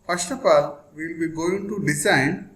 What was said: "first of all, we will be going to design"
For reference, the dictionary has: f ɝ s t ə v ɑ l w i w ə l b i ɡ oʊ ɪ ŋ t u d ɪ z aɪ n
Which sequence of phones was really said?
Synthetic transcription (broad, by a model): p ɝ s t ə p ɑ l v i l b i ɡ oʊ ɪ ŋ t u d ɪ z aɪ n